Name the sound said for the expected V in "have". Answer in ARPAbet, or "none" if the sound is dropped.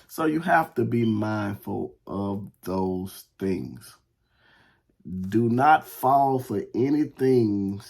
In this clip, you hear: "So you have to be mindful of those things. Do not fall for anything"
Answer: F